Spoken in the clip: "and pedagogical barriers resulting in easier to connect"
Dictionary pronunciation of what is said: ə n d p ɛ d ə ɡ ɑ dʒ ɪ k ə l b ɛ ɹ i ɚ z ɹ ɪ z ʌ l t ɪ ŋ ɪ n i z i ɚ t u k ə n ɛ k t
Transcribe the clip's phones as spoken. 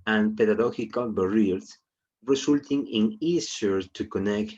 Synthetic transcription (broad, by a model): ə n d p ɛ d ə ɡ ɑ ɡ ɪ k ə l b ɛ ɹ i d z ɹ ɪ s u l t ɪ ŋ ɪ n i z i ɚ t u k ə n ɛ k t